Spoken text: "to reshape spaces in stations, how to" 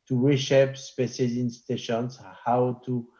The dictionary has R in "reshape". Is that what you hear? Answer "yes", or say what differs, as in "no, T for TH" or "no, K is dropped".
no, W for R